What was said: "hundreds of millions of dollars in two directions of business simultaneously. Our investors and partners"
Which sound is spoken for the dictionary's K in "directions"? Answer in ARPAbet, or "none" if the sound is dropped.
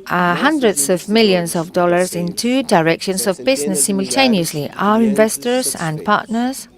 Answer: K